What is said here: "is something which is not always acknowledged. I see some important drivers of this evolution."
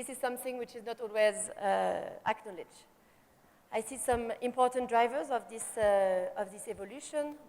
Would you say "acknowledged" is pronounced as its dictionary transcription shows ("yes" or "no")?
no